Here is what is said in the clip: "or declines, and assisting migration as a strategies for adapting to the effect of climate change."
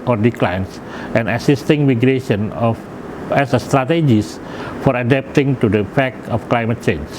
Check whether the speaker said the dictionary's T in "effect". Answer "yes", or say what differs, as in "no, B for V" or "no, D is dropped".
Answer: no, T is dropped